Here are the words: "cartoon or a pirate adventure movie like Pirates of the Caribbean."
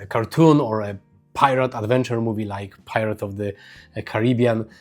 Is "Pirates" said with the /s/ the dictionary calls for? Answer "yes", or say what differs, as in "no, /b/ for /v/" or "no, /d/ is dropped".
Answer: no, /s/ is dropped